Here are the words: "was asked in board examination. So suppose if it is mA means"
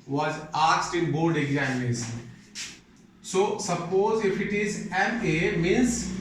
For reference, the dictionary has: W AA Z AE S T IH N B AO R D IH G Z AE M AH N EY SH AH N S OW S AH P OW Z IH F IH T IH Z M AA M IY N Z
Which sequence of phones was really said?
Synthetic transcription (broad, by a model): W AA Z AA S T IH N B AO R D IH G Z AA AH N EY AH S S OW S AH P OW Z IH F IH T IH Z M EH M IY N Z